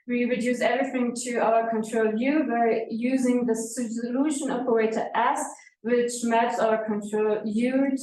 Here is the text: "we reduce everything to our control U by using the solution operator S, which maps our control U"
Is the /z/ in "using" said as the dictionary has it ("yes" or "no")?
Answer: yes